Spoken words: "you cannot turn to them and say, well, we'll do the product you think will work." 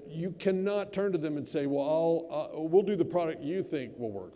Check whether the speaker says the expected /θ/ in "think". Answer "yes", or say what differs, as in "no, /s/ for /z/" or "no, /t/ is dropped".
yes